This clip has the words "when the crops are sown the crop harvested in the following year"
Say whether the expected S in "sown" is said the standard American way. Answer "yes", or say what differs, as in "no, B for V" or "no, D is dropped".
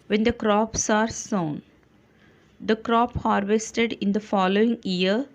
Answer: yes